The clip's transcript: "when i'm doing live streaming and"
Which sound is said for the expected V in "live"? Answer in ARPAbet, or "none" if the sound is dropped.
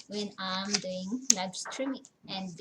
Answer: B